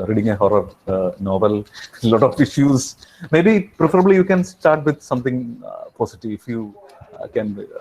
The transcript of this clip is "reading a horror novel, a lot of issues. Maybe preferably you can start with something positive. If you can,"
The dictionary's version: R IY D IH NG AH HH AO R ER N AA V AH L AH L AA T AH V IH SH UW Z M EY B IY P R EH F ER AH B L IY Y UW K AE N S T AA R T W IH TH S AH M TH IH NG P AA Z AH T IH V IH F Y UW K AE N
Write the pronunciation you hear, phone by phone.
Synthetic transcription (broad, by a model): R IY D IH NG AH HH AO R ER N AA V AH L L AA T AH F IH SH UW S M EY B IY P R EH F ER AH B L IY Y UW K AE N S T AA R T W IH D S AH M T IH NG P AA S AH T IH V IH F Y UW K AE N